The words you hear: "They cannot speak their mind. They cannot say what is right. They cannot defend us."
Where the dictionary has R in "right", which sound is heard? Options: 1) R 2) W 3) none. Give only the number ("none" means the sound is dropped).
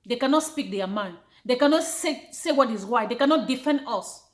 2